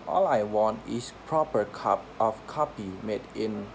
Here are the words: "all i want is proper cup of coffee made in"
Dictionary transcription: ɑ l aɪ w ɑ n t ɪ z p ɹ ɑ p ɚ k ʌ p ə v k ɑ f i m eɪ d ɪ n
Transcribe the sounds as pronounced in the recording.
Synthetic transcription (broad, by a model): ɑ l aɪ w ɑ n t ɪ s p ɹ ɑ p ɚ k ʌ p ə f k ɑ p i m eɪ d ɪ n